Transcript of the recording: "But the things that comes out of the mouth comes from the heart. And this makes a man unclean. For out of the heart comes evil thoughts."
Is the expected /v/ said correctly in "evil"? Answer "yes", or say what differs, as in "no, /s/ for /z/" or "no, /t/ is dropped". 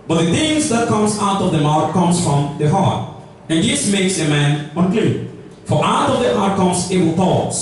no, /w/ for /v/